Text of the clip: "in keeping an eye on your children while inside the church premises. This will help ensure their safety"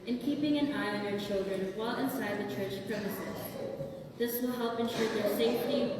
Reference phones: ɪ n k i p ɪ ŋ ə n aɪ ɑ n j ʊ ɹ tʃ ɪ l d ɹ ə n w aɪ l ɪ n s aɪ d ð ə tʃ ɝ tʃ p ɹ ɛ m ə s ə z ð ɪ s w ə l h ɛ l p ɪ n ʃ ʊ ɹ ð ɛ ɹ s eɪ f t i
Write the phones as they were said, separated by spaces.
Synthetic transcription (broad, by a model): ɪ n k i p ɪ ŋ ə n aɪ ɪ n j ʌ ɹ tʃ ɪ l d ɹ ə n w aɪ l ɪ n s aɪ d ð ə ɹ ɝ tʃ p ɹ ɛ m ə s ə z ð ɪ s w ə l h ɛ l p ɪ n ʃ ʊ ɹ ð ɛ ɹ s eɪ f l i